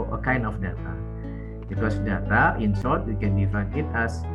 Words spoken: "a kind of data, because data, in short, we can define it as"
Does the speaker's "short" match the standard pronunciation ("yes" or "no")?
no